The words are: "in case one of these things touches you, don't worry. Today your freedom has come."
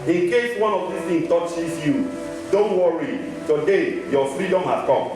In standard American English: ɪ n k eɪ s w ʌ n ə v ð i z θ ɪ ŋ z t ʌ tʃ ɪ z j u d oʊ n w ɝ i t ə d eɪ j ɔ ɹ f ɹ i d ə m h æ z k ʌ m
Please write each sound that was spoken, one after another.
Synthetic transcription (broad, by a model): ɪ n k eɪ s w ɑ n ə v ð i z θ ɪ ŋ t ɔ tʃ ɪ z j u d oʊ n w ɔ i t ə d eɪ j ɔ f ɹ i d ə m h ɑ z k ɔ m